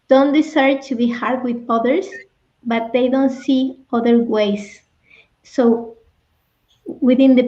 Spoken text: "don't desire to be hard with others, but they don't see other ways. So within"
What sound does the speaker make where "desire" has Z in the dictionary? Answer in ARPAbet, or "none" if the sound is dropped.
S